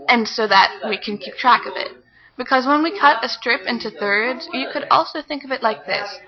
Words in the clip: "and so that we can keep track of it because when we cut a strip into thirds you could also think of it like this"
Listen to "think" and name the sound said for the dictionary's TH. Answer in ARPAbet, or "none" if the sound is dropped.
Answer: TH